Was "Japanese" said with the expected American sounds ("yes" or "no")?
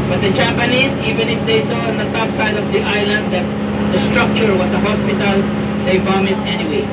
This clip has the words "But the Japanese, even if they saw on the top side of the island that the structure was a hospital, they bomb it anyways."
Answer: no